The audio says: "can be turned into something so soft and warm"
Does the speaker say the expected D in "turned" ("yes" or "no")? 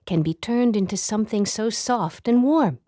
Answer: yes